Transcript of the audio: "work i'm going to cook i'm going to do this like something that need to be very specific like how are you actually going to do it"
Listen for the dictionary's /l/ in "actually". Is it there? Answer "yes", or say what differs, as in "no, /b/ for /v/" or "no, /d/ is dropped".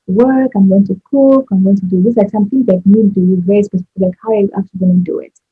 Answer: no, /l/ is dropped